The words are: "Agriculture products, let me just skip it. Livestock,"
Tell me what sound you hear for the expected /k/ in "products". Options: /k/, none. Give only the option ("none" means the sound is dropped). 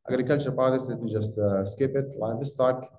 none